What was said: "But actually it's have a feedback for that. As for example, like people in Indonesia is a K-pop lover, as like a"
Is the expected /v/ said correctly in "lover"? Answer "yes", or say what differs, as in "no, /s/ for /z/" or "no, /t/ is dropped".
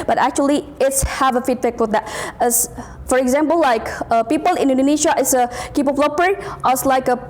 no, /p/ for /v/